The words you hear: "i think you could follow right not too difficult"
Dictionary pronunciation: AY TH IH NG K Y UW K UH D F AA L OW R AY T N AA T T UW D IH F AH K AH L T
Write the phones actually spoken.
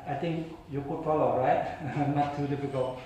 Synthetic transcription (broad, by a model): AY T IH NG K Y UW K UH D F AA L OW R AY T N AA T T UW D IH F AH K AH L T